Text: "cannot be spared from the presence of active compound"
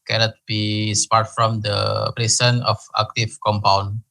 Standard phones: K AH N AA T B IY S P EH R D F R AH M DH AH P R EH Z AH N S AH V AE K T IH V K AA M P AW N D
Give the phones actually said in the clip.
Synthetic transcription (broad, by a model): K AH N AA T B IY S P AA R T F R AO M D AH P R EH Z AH N AH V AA K T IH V K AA M P AW N